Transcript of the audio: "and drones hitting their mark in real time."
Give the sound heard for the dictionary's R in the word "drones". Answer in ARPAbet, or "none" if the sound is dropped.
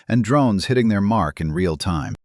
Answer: R